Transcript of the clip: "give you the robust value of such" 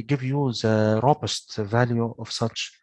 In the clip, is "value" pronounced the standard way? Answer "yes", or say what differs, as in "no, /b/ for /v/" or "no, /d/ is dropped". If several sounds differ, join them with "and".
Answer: yes